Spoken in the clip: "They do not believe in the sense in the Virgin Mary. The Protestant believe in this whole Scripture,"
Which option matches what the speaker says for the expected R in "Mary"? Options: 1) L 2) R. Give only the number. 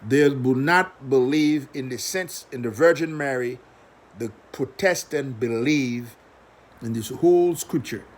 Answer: 2